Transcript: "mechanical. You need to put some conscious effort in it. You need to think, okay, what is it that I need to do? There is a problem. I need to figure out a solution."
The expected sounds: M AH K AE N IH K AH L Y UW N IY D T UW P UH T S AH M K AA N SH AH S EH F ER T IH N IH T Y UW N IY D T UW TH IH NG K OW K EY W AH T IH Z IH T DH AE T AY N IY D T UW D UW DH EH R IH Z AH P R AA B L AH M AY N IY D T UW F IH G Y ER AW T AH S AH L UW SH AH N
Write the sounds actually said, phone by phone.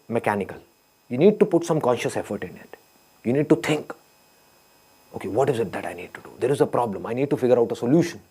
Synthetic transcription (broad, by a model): M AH K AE N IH K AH L Y UW N IY D T UW P UH T S AH M K AA N SH AH S EH F ER T IH N IH T Y UW N IY D T UW T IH NG K OW K EY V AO T IH Z IH T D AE T AY N IY D T UW D UW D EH R IH Z AH P R AA B L AH M AY N IY D T UW F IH G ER AW T AH S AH L UW SH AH N